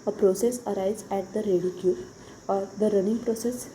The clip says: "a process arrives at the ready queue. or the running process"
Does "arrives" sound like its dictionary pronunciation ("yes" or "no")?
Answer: no